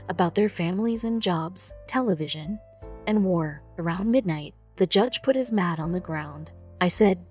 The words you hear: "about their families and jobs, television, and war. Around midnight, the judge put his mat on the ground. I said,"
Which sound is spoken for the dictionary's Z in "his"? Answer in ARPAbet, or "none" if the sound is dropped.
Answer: Z